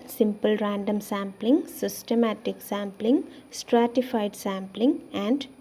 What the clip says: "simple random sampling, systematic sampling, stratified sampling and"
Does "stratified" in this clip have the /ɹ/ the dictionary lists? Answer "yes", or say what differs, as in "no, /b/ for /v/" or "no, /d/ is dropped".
yes